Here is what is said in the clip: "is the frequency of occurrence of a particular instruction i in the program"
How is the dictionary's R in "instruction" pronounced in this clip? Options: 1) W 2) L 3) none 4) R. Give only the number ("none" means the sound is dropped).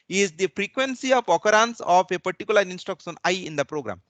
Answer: 3